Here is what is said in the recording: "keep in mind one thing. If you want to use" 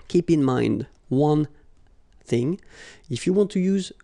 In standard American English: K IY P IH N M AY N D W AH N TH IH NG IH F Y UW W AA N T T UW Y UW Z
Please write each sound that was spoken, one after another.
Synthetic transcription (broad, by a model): K IY P IH N M AY N D W AH N TH IH NG IH F Y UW W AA N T T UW Y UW Z